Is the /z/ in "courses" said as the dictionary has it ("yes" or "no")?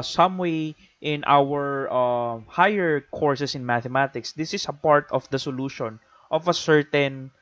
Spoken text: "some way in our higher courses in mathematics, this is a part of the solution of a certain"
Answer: no